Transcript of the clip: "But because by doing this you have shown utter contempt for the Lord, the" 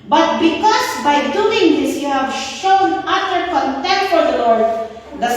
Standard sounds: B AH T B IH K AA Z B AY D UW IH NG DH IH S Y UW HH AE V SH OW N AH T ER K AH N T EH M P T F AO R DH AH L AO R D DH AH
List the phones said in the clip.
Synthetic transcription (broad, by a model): B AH T B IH K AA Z B AY D UW IH NG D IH S Y UW HH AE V SH OW N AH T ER K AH N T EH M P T P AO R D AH L AO R D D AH